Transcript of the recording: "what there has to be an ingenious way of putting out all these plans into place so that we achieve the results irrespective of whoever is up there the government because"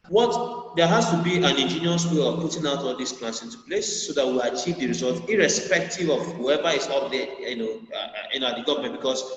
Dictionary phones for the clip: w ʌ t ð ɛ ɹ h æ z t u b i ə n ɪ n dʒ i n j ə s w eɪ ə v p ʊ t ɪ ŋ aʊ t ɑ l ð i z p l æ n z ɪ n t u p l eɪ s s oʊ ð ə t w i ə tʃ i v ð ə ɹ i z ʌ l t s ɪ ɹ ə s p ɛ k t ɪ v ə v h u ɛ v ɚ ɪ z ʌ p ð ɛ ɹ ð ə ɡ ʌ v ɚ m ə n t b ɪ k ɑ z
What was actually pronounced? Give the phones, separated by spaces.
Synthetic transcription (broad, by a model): w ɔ t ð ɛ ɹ h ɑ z t u b i ə n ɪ n dʒ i n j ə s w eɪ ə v p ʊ t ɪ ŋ aʊ t ɑ l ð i s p l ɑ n s ɪ n t u p l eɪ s s oʊ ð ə t w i ə tʃ i v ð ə ɹ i z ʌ l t ɪ ɹ ə s p ɛ k t ɪ v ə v h u ɛ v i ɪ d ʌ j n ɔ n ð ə ɡ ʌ v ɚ m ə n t b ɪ k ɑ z